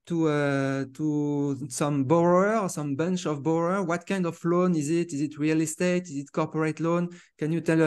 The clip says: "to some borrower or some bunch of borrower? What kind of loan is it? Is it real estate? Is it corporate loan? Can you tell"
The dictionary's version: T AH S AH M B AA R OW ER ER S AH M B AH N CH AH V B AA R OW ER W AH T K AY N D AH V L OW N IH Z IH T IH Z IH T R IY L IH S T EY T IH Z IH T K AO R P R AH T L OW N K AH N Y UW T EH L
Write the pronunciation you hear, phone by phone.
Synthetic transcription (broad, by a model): T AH S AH M B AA R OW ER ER S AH M B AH N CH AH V B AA R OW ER W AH T K AY N D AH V L OW N IH Z IH T IH Z IH T R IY L IH S T EY T IH Z IH T K AO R P R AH T L OW N K AH N Y UW T EH L